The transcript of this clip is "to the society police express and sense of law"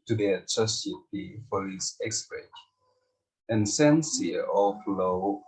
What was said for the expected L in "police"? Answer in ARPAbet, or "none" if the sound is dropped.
none